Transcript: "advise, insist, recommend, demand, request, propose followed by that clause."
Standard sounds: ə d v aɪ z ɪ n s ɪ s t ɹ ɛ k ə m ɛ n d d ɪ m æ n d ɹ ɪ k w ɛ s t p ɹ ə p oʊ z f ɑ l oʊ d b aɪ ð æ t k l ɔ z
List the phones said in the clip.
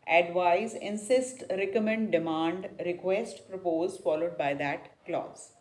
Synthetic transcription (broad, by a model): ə d v aɪ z ɪ n s ɪ s t ɹ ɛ k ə m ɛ n d d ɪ m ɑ n d ɹ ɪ k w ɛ s t p ɹ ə p oʊ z f ɑ l oʊ d b aɪ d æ t k l ɔ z